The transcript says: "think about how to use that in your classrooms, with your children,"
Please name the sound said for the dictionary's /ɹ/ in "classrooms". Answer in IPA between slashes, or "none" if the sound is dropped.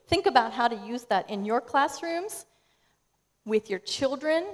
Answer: /ɹ/